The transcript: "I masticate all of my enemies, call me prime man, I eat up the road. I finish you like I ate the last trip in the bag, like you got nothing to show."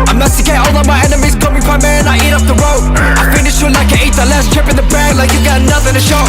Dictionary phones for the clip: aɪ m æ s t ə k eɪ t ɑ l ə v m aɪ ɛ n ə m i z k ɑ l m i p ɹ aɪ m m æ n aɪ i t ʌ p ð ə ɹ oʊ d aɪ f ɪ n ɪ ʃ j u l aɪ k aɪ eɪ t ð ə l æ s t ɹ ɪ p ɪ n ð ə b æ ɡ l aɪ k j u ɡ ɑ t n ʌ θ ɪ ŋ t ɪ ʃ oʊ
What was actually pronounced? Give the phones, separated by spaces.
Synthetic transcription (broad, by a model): aɪ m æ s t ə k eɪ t ɑ l ə v m aɪ ɛ n ə m i z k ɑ m i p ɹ aɪ m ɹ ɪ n aɪ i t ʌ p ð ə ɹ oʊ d aɪ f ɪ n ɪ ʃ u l aɪ k aɪ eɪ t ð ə l æ s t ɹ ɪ p ɪ n ð ə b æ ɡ l aɪ k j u ɡ ɑ t n ʌ θ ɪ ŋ t ɪ ʃ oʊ